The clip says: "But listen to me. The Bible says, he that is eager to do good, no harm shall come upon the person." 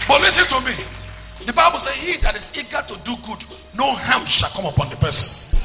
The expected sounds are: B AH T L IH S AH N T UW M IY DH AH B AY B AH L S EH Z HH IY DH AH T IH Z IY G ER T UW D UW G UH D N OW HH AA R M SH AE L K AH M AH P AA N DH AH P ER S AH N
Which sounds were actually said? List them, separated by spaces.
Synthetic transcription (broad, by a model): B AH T L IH S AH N T UW M IY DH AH B AY B AH L S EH HH IY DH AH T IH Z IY G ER T UW D UW G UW D N OW HH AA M SH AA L K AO M AH P AA N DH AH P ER S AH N